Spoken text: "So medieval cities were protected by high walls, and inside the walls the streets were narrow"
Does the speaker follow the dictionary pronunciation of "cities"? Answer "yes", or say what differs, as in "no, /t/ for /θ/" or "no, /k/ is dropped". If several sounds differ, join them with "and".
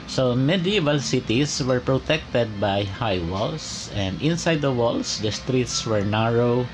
no, /s/ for /z/